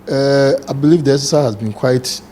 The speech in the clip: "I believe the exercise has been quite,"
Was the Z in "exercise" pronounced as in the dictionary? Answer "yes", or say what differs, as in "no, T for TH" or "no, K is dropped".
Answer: no, Z is dropped